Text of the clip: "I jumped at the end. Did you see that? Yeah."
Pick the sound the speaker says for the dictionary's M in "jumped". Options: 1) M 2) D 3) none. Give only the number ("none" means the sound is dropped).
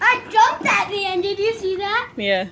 3